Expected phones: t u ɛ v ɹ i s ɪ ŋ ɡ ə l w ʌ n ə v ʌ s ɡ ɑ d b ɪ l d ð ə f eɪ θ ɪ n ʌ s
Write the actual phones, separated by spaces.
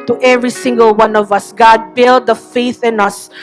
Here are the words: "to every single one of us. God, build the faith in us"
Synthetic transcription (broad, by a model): t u ɛ v ɹ i s ɪ ŋ ɡ ə l w ʌ n ə v ʌ s ɡ ɑ d b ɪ l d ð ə f eɪ θ ɪ n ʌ s